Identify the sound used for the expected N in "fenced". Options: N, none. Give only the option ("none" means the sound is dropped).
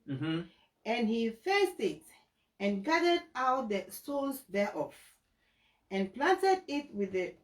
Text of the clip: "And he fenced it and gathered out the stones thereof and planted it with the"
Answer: none